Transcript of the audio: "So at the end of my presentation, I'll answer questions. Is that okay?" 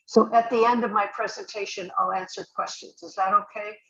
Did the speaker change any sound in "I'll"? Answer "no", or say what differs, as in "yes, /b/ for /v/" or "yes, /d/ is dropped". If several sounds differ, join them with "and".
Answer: no